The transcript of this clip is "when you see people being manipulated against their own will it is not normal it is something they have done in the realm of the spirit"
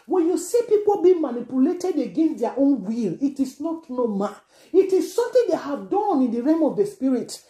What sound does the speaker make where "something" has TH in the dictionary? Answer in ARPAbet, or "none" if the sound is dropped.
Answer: T